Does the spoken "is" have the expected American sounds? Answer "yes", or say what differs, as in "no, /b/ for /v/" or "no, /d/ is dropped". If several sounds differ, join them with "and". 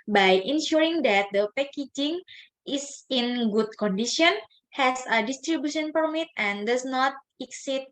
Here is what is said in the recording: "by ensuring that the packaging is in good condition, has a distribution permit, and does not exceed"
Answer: no, /s/ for /z/